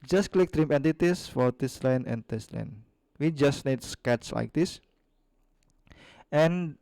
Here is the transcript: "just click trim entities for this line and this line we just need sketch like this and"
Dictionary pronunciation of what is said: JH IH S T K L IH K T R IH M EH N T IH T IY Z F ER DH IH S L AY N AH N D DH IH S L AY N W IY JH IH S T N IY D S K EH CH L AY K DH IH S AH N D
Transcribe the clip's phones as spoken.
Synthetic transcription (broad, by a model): JH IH S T K L IH K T R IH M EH N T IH T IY S F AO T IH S L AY N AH N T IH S L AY N W IY JH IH S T N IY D S K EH S L AY K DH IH S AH N